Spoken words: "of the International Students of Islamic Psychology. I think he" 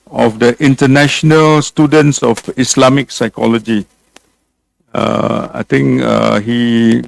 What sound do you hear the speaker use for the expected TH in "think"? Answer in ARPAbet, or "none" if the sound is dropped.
T